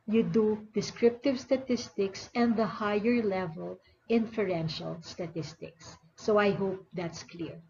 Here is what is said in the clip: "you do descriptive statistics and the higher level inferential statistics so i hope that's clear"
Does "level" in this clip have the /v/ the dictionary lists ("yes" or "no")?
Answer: yes